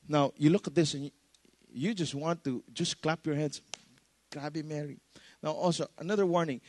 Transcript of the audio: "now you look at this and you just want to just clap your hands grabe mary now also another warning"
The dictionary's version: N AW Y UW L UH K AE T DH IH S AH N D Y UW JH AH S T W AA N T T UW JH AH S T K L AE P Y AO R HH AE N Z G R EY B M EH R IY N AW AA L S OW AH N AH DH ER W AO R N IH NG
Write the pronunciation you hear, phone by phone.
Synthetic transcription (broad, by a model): N AW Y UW L UH K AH T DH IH S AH N Y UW JH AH S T W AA N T T UW JH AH S K L AE P Y AO R HH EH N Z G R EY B M EH R IY N AW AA L S OW AH N AH DH ER W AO R N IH NG